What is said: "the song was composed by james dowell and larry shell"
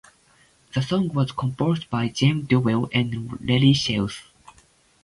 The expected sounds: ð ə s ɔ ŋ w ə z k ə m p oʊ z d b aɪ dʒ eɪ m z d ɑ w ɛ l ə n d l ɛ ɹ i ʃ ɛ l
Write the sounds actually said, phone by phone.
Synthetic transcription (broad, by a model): ð ə s ɔ ŋ w ə z k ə m p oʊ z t b aɪ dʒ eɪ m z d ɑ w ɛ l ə n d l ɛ l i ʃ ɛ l